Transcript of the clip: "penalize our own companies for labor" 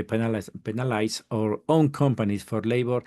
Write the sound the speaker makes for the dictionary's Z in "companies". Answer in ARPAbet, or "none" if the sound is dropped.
S